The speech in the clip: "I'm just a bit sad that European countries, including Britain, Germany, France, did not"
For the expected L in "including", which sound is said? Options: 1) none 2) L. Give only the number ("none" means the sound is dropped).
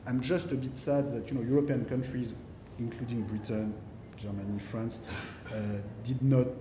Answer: 2